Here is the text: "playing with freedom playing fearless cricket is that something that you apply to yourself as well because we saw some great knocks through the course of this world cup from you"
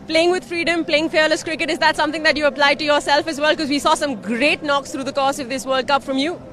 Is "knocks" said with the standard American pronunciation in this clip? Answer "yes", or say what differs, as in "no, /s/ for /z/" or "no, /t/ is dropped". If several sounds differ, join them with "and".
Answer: yes